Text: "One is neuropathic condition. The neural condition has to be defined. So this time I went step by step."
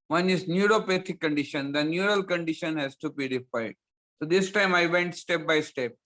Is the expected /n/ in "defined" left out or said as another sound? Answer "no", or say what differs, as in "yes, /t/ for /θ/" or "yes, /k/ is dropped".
yes, /n/ is dropped